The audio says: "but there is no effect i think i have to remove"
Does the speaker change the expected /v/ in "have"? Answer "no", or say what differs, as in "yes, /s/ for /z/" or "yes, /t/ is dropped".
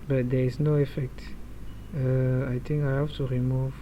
yes, /f/ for /v/